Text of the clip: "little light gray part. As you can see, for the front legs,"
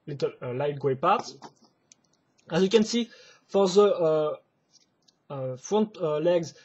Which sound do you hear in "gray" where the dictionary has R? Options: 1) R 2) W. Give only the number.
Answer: 2